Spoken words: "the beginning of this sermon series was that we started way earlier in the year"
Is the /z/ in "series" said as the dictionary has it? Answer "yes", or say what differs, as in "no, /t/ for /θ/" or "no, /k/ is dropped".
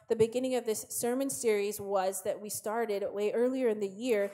yes